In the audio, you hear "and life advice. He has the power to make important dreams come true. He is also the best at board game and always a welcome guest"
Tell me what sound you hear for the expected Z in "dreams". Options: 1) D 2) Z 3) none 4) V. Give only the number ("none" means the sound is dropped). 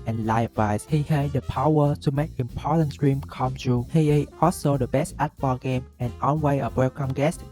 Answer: 3